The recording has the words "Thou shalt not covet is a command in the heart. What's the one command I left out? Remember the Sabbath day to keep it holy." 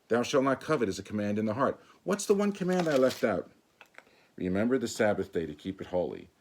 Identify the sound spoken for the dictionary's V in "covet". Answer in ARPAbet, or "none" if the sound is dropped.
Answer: V